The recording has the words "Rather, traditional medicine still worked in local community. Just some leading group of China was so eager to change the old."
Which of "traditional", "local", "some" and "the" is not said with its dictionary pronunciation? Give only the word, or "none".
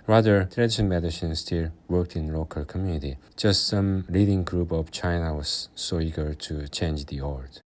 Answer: traditional